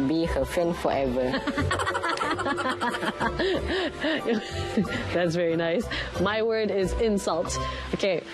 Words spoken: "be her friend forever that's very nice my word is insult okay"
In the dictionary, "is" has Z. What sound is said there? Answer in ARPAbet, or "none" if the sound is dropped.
Z